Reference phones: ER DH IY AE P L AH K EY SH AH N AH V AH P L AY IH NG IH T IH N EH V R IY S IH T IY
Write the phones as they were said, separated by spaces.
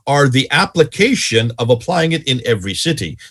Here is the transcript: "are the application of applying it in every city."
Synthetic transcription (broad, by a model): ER DH IY AE P L AH K EY SH AH N AH V AH P L AY IH NG IH T IH N EH V R IY S IH T IY